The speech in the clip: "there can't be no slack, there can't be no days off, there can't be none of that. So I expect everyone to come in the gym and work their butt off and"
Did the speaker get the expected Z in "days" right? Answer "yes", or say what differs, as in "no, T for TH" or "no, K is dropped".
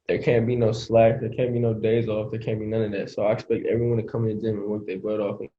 yes